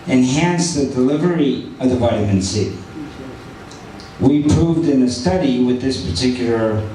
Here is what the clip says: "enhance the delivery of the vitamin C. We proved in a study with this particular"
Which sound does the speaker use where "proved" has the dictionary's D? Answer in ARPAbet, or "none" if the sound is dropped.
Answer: D